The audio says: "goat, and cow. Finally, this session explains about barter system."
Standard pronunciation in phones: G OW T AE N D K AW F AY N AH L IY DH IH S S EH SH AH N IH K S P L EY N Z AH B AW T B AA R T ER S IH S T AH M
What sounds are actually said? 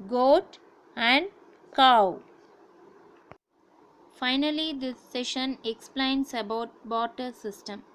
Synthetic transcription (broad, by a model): G OW T AE N D K AW F AY N AH L IY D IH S S EH SH AH N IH K S P L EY N S AH B AW T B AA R T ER S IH S T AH M